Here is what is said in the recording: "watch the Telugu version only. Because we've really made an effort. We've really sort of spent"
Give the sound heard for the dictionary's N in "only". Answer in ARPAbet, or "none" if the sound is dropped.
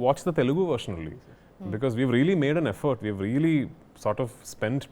none